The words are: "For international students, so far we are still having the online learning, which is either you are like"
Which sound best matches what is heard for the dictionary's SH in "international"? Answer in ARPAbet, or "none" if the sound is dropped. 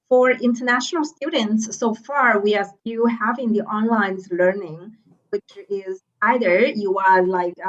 SH